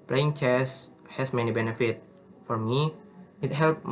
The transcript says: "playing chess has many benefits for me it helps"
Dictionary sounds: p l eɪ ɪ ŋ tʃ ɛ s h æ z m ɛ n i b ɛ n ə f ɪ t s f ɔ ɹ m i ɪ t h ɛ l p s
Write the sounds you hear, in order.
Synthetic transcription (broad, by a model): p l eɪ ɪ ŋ tʃ ɛ s h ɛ s m ɛ n i b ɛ n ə f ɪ t f ɔ ɹ m i ɪ t h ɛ l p